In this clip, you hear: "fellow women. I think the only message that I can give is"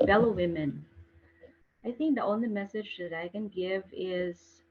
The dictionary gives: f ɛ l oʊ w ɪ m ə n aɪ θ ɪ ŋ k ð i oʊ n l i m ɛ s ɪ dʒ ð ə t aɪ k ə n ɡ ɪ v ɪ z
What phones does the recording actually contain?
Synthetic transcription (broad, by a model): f ɛ l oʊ w ɪ m ə n aɪ θ ɪ ŋ k ð i oʊ n l i m ɛ s ɪ dʒ ð ə t aɪ k ə n ɡ ɪ v ɪ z